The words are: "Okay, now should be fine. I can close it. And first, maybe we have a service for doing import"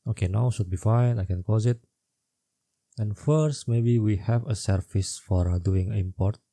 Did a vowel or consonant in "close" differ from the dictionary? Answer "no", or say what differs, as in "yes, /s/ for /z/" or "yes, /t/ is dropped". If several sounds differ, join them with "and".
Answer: yes, /l/ is dropped